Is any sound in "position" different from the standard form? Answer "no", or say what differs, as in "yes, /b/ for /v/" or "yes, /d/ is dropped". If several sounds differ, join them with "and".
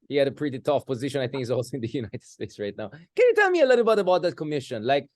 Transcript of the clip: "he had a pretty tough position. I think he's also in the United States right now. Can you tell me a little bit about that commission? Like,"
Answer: no